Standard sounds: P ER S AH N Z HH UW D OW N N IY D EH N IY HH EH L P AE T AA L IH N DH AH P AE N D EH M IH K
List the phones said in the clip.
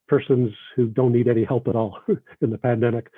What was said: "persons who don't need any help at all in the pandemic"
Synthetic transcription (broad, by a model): P ER S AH N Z HH UW D OW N N IY D EH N IY HH EH L P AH T AA L IH N DH AH P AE N D EH M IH K